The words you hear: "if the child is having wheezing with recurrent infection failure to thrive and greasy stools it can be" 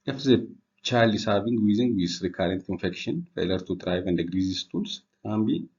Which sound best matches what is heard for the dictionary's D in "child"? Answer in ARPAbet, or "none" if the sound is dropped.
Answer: none